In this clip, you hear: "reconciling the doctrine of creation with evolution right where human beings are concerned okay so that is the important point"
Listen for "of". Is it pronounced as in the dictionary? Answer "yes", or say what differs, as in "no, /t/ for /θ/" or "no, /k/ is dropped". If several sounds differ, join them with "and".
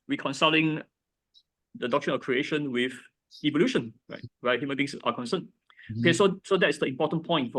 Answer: no, /f/ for /v/